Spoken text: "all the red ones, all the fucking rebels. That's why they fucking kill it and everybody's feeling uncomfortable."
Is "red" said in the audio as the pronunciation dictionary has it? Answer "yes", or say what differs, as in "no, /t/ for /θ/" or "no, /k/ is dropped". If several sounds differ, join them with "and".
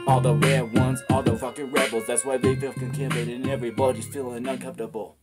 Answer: no, /w/ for /ɹ/